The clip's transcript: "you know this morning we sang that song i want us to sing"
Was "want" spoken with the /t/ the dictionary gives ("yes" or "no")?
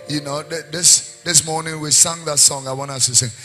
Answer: no